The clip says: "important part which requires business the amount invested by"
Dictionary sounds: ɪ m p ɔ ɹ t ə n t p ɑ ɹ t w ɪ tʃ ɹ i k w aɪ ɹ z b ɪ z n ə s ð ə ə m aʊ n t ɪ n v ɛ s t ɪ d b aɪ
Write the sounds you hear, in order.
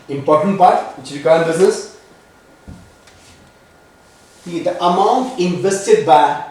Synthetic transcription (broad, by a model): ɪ m p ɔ ɹ t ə n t p ɑ ɹ t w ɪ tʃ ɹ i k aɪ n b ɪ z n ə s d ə ə m aʊ n t ɪ n v ɛ s t ɪ d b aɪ